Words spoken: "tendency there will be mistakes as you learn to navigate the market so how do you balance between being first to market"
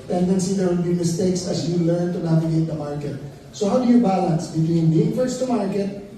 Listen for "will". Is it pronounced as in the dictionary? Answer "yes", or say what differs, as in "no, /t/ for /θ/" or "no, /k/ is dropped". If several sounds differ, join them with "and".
no, /n/ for /l/